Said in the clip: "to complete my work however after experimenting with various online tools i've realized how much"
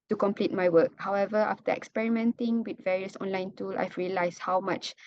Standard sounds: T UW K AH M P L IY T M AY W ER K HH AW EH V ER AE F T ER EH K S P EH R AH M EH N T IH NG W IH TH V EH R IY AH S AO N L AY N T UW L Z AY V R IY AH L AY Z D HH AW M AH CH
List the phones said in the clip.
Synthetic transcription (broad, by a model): T UW K AH M P L IY T M AY W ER K HH AW EH V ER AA F T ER EH K S P EH R AH M EH N T IH NG W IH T V EH R IY AH S AO N L AY N T UW L S AY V R IY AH L AY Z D HH AW M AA CH